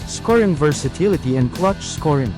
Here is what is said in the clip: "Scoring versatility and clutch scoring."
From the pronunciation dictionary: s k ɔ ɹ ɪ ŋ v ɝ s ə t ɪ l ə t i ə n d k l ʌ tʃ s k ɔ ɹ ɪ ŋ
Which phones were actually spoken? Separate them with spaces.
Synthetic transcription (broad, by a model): s k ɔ ɹ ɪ ŋ v ɝ s ə t ɪ l ə t i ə n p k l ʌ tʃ s k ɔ ɹ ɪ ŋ